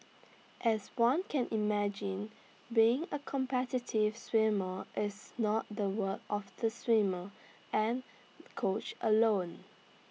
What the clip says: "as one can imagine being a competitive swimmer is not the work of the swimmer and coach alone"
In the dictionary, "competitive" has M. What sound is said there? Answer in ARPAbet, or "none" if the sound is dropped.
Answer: M